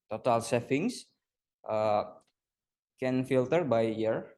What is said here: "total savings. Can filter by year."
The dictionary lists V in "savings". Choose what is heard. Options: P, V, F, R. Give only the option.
F